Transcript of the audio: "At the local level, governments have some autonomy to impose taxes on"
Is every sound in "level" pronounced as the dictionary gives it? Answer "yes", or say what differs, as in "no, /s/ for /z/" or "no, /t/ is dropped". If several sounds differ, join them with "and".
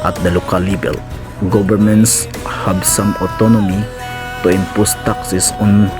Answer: no, /b/ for /v/